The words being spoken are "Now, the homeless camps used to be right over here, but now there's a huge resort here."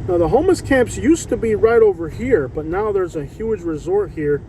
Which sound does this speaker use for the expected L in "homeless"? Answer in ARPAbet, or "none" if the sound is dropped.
none